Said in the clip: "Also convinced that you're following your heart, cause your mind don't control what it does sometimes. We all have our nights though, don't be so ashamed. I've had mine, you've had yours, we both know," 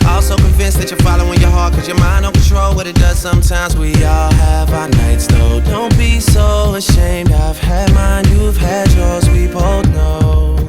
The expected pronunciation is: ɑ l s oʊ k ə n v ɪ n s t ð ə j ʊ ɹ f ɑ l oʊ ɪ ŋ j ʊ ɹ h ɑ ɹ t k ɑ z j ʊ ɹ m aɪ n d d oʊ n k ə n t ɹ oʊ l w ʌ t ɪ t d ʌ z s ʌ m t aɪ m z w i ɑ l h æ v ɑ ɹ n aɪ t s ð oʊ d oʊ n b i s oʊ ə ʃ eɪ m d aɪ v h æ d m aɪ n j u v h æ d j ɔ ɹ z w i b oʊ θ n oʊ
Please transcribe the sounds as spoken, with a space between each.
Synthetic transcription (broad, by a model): ɑ l s oʊ k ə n v ɪ n s ð ə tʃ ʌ ɹ f ɑ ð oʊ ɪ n j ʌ ɹ h ɑ ɹ t k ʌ z j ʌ ɹ m aɪ n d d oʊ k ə n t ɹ oʊ l w ʌ t ɪ t d ʌ z s ʌ m t aɪ m z w i ɑ l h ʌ v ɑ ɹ n aɪ t s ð oʊ d oʊ n b i s oʊ ə ʃ eɪ m d aɪ v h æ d m aɪ n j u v h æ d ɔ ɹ z w i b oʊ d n oʊ